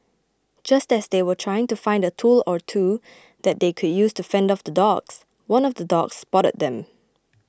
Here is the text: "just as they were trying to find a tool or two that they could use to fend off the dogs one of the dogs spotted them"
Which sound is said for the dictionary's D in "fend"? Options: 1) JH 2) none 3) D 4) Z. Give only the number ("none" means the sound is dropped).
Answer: 3